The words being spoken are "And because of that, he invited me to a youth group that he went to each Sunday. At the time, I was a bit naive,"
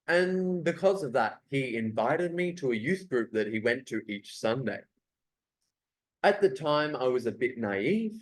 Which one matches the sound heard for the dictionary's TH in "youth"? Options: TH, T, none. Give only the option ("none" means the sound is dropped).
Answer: TH